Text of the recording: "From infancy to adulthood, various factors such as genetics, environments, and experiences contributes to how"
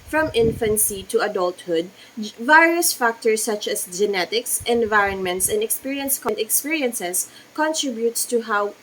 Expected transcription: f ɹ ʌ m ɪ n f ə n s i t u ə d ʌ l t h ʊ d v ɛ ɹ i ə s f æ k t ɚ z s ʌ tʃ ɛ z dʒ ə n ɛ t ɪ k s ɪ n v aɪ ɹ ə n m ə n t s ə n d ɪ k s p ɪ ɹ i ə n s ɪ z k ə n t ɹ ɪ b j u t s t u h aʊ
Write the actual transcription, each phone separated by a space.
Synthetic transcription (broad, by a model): f ɹ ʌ m ɪ n f ə n s i t u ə d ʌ l t h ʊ d v ɛ ɹ i ə s f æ k t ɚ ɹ s ʌ tʃ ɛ s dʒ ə n ɛ t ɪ k s ɪ n v aɪ ɹ ə n m ə n t s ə n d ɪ k s p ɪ ɹ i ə n s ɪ s k ə n t ɹ ɪ b j u t s t u h aʊ